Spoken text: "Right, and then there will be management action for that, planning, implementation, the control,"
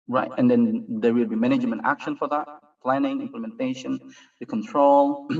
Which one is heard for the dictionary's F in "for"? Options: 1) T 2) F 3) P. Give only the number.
2